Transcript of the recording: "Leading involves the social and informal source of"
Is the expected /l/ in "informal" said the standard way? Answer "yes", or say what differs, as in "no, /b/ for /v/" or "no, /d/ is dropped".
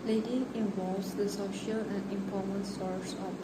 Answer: no, /n/ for /l/